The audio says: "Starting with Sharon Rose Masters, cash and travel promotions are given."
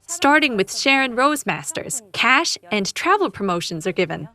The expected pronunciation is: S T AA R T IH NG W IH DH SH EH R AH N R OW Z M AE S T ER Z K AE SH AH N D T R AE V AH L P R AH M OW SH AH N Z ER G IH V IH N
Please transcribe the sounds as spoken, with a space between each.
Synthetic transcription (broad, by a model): S T AA R T IH NG W IH DH SH EH R AH N R OW Z M AE S T ER Z K AE SH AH N T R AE V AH L P R AH M OW SH AH N Z ER G IH V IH N